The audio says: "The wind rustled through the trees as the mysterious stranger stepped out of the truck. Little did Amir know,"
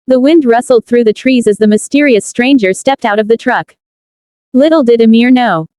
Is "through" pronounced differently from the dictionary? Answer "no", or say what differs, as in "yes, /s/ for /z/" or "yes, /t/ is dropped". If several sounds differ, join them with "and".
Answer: no